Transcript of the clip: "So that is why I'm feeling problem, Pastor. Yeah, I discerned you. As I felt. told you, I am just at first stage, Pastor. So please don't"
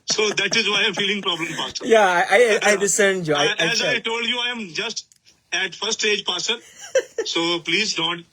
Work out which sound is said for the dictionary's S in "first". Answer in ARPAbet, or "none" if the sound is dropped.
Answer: none